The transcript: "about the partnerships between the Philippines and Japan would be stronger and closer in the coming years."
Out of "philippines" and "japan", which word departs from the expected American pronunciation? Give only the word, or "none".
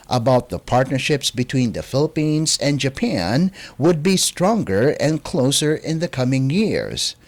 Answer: none